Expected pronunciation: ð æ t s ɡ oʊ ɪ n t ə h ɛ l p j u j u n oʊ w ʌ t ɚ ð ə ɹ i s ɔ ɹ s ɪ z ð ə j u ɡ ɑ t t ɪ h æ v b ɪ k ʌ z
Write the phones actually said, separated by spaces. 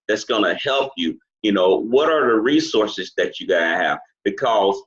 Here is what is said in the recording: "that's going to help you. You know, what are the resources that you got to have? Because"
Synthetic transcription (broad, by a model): ð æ t s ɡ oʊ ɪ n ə h ɛ l p j u j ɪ n oʊ w ʌ t ɚ ð ə ɹ i s ɔ ɹ s ɪ z ð ə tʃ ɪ ɡ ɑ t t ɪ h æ v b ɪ k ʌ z